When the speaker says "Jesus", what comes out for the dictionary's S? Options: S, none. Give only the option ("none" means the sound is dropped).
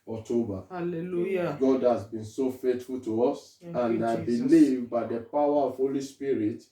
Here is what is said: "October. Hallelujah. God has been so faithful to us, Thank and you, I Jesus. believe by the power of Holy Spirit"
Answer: none